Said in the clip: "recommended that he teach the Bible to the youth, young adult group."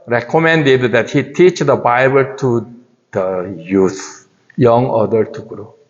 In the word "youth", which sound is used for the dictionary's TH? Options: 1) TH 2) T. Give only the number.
2